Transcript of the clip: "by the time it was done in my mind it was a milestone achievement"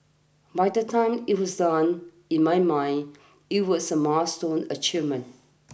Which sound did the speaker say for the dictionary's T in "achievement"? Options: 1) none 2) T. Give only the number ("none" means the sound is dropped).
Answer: 1